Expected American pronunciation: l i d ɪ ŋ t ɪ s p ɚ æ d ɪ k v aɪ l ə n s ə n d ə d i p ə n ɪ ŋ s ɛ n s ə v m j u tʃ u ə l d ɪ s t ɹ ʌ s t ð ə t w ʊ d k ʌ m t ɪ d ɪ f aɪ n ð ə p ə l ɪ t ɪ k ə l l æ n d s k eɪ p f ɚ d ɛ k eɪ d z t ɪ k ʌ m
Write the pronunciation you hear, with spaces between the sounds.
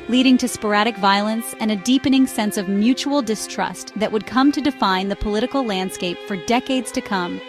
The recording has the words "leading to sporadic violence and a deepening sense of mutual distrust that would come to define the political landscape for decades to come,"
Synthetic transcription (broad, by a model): l i d ɪ ŋ t ɪ s p ɚ æ d ɪ k v aɪ l ə n s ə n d ə d i p ə n ɪ ŋ s ɛ n s ə v m j u tʃ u l d ɪ s t ɹ ʌ s t ð ə t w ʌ d k ʌ m t ɪ d ɪ f aɪ n ð ə p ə l ɪ t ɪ k l l æ n d s k eɪ p f ɚ d ɛ k eɪ d z t ɪ k ʌ m